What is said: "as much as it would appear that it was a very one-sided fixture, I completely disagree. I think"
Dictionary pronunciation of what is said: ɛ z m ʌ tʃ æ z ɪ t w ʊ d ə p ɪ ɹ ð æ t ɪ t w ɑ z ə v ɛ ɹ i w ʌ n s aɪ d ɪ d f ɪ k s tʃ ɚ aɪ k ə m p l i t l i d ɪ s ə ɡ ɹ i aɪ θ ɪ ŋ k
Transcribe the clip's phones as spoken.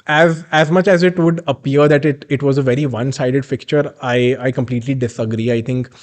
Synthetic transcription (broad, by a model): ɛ z m ʌ tʃ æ z ɪ t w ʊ d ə p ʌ ɹ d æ t ɪ t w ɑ z ə v ɛ ɹ i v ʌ n s aɪ d ɪ d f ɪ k tʃ ɚ aɪ k ə m p l i t l i d ɪ s ə ɡ ɹ i aɪ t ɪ ŋ k